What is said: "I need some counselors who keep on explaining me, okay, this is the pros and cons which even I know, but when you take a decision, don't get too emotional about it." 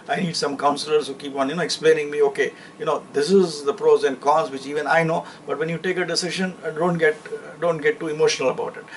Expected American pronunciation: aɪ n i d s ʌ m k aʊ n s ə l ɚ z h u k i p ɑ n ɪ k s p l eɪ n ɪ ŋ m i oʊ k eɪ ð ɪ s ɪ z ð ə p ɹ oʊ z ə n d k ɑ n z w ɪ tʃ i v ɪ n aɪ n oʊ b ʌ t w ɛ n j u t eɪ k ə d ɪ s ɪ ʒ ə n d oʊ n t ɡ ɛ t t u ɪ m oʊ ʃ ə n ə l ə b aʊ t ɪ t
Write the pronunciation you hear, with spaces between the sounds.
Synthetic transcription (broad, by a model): aɪ n i d s ʌ m k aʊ n s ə l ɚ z h u k i p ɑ n ɪ k s p l eɪ n ɪ ŋ m i oʊ k eɪ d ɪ s ɪ z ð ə p ɹ oʊ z ə n d k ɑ z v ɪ tʃ i v ɪ n aɪ n oʊ b ʌ t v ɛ n j u t eɪ k ə d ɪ s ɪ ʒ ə n d oʊ n t ɡ ɛ t t u ɪ m oʊ ʃ ə n ə l ə b aʊ t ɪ t